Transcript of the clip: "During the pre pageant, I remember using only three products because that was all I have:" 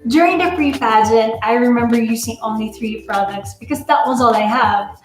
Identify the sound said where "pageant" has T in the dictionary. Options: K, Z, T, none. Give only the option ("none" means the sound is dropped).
none